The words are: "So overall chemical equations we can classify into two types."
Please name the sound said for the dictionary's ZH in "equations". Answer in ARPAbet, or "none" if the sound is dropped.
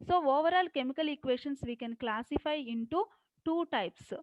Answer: SH